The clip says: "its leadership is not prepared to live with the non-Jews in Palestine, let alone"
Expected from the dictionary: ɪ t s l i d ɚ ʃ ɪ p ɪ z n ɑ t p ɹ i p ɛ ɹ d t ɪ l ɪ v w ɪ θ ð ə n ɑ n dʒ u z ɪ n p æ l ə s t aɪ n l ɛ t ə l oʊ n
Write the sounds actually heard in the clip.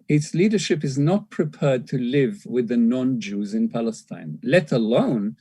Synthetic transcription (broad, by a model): ɪ t s l i d ɚ ʃ ɪ p ɪ z n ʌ t p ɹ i p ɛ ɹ d t ɪ l ɪ v w ɪ ð ə n ɑ n dʒ u z ɪ n p æ l ə s t aɪ n l ɛ t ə l oʊ n